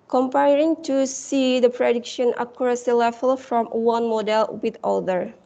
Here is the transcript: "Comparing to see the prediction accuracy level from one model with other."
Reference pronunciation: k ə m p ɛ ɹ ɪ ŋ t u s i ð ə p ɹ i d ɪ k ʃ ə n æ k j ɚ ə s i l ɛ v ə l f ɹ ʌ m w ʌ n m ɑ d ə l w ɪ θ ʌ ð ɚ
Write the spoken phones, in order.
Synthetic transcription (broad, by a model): k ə m p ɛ ɹ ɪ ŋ t u s i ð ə p ɹ i d ɪ k ʃ ə n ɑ k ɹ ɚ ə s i l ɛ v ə l f ɹ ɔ m w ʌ n m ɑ d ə l w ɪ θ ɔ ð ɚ